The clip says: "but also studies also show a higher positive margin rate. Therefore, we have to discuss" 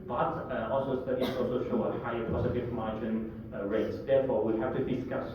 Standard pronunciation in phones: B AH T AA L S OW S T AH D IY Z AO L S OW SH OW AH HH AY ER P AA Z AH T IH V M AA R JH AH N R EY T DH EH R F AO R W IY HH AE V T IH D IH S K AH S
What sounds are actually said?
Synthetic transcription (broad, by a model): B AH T AA L S OW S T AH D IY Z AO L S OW SH OW AH HH AY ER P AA S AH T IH F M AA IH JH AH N R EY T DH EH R F AO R W IY HH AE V T IH D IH S K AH S